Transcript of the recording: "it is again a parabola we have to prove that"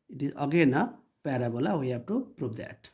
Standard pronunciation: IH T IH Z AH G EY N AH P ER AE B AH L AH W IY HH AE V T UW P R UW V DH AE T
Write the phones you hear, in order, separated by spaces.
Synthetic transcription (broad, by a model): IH T IH Z AH G EY N AH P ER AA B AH L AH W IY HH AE B T UW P R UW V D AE T